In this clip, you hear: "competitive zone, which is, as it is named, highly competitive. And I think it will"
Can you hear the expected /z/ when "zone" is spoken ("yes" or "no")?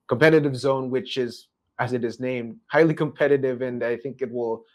yes